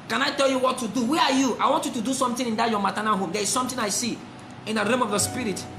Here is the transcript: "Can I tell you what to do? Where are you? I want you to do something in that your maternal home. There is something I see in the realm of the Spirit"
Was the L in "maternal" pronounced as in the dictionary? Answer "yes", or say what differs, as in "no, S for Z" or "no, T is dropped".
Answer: no, N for L